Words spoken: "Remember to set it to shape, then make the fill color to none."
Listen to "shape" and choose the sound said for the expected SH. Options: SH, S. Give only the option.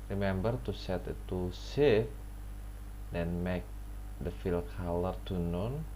S